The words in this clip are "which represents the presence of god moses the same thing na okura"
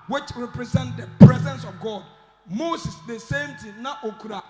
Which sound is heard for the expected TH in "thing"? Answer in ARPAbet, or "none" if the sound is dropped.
T